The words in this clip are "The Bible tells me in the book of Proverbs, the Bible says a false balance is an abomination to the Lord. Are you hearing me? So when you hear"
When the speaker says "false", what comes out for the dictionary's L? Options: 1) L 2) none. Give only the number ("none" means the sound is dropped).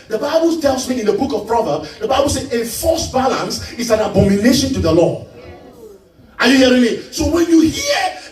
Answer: 2